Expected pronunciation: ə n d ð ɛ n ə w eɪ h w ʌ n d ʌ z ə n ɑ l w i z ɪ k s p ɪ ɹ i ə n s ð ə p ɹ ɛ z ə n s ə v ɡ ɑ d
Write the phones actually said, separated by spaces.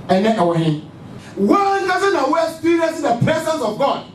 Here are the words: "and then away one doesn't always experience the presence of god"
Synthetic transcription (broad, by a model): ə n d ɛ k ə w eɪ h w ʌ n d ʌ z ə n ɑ w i ɪ k s p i ɹ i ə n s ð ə p ɹ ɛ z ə n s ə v ɡ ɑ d